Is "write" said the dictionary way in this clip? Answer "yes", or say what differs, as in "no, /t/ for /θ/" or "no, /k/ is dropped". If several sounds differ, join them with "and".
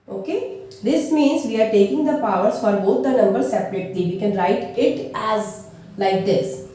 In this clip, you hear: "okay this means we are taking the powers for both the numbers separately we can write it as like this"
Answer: yes